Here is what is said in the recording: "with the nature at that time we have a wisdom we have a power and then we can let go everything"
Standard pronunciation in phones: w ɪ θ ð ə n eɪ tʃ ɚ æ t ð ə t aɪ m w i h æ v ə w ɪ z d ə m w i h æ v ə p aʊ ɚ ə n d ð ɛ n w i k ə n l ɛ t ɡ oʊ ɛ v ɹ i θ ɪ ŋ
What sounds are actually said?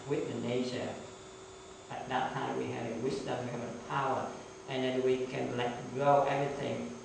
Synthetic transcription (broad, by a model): w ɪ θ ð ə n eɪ ʃ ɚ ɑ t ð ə t aɪ m w i h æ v ə w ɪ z d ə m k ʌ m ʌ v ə p aʊ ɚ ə n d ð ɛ n w i k ə n l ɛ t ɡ oʊ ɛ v ɹ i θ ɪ ŋ